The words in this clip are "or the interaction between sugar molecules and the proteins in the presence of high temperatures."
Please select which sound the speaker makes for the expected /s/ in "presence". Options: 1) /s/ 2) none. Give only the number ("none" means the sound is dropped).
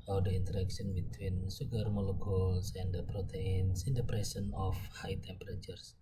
2